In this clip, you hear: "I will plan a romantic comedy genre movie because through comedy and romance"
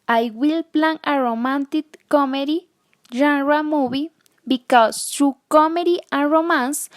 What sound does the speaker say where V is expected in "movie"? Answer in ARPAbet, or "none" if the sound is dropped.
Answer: B